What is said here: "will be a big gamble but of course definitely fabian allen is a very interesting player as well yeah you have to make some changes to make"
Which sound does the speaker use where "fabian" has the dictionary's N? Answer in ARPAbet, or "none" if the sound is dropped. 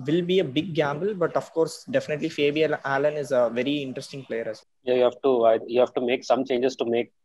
L